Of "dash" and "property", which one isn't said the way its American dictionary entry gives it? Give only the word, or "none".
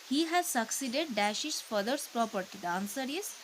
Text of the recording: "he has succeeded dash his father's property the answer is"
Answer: none